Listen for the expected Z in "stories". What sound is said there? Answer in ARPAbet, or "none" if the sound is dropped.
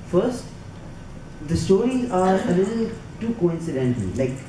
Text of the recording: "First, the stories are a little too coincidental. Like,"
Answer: none